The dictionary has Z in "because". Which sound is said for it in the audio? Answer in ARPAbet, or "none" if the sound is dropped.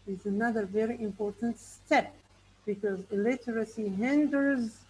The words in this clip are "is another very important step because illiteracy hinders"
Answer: Z